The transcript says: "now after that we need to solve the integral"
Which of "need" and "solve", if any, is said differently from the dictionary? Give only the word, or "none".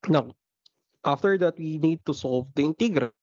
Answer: none